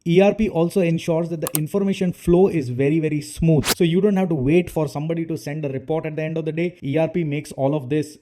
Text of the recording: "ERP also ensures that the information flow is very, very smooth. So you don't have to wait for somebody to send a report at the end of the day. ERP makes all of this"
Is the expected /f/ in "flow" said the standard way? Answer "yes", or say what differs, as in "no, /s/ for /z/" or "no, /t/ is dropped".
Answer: yes